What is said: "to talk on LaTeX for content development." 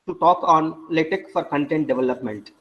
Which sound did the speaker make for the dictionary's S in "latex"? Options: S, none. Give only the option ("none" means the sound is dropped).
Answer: none